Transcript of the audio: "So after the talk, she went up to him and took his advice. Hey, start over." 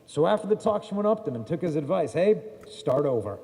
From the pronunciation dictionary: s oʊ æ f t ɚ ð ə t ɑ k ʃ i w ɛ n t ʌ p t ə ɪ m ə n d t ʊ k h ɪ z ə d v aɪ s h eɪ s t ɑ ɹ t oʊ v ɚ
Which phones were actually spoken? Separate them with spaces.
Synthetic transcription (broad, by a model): s oʊ æ f t ɚ ð ə t ɑ k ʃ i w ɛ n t ʌ p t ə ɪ m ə n t ʊ k h ɪ z ə d v aɪ s h eɪ s t ɑ ɹ t oʊ v ɚ